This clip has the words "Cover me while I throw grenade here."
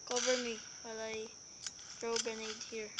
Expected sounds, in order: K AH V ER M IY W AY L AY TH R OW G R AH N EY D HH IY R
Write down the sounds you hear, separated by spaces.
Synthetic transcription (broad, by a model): K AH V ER M IY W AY L AY T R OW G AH N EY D HH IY R